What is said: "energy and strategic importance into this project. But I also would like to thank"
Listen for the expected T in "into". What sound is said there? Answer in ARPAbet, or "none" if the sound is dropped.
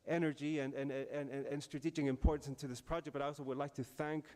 T